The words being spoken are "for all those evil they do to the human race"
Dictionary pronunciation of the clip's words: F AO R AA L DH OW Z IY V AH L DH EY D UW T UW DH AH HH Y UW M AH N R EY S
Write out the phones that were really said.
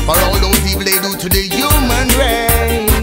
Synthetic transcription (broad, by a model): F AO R AA L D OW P IY P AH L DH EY D UW T UW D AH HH Y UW M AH N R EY